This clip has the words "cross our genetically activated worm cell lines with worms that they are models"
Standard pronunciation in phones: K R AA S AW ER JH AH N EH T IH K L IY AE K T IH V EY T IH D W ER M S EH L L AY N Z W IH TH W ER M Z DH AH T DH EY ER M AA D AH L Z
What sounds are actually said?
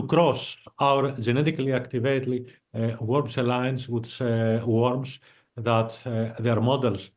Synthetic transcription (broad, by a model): K R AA S AW ER JH AH N EH T IH K L IY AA K T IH V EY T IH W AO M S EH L L AY N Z W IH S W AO M S DH AH T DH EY ER M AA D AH L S